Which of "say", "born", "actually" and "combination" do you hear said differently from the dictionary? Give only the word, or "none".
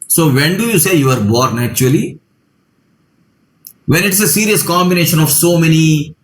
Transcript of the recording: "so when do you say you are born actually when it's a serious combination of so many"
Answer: actually